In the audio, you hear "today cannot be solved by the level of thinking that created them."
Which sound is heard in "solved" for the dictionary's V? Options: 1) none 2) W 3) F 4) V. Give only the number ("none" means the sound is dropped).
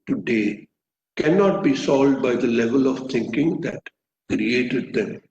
1